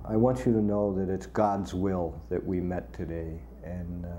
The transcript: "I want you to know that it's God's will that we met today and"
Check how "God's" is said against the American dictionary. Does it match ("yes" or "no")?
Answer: yes